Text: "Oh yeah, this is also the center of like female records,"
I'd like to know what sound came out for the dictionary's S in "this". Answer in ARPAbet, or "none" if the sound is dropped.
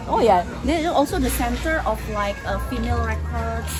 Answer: none